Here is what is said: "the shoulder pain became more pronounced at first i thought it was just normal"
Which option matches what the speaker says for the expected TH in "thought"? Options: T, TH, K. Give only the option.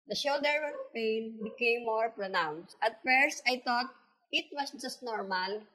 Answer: T